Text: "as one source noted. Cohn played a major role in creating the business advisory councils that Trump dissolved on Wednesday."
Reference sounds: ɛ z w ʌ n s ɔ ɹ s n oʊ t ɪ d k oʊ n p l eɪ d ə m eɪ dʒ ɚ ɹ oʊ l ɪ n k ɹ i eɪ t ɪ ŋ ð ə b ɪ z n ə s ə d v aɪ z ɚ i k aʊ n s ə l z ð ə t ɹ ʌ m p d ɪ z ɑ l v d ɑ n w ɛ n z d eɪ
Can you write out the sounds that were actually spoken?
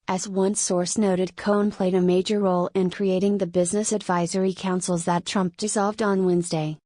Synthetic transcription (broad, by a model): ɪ z w ʌ n s ɔ ɹ s n oʊ t ɪ d k oʊ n p l eɪ d ə m eɪ dʒ ɚ ɹ oʊ l ɪ n k ɹ i eɪ t ɪ ŋ ð ə b ɪ z n ə s ə d v aɪ z ɚ i k aʊ n s l z ð ə t ɹ ʌ m p d ɪ z ɑ l v d n w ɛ n z d eɪ